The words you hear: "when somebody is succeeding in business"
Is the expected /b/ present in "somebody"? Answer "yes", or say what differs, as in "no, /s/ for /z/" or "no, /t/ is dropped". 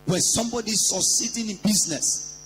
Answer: yes